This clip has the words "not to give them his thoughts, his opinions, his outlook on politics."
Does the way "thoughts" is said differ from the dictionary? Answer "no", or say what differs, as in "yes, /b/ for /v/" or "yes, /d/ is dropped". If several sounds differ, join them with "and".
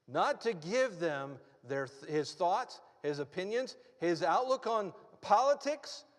no